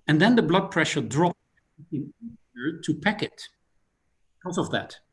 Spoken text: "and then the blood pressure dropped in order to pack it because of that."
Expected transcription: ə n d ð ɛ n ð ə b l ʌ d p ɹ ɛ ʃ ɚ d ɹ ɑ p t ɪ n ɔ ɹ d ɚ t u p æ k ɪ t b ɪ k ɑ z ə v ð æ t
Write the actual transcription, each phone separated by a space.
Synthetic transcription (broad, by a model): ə n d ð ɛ n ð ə b l ʌ d p ɹ ɛ ʃ ɚ d ɹ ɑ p ɪ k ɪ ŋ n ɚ t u p æ k ɪ t b ɪ k ɑ z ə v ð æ t